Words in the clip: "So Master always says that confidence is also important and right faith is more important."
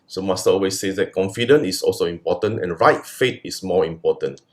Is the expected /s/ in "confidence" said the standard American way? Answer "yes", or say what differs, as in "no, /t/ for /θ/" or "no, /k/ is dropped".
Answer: no, /s/ is dropped